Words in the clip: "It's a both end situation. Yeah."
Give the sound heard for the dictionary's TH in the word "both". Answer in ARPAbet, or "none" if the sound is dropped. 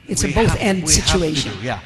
TH